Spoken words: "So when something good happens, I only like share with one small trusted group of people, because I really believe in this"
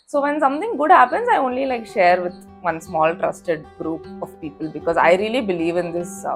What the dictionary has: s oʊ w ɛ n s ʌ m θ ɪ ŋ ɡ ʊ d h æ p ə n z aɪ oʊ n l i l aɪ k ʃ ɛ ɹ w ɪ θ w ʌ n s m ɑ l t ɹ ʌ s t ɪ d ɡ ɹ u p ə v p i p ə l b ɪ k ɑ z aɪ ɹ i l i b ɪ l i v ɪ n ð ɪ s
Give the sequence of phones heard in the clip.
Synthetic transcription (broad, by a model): s oʊ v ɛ n s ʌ m t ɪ ŋ ɡ ʊ d h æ p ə n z aɪ oʊ n l i l aɪ k ʃ ɛ ɹ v ɪ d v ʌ n s m ɑ l t ɹ ʌ s t ɪ d ɡ ɹ u p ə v p i p ə l b ɪ k ɑ z aɪ ɹ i l i b ɪ l i v ɪ n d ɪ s